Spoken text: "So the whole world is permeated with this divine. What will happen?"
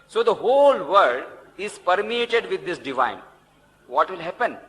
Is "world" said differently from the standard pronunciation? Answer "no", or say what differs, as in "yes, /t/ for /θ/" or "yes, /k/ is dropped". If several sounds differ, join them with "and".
yes, /l/ is dropped